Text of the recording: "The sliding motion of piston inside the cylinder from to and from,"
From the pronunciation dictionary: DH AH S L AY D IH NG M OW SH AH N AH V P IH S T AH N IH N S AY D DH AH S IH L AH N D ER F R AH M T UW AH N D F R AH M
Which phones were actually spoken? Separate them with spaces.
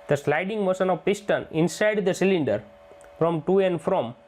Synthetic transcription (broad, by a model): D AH S L AY D IH NG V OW S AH N AH V P IH S T AH N IH N S AY D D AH S IH L AH N D ER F R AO M T UW AH N D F R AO M